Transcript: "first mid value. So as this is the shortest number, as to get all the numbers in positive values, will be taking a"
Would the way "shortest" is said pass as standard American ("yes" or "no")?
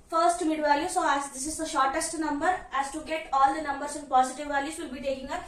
yes